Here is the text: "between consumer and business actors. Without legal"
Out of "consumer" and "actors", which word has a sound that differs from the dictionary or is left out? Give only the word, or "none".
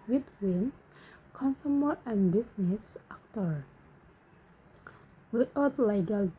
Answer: actors